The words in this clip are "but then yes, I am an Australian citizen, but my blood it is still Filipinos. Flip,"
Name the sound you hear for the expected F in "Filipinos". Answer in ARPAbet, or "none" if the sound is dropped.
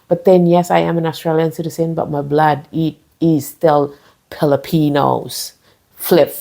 P